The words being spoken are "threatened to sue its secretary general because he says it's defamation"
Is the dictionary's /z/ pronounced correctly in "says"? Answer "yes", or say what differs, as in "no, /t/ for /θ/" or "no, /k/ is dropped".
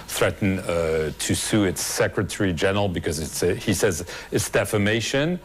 yes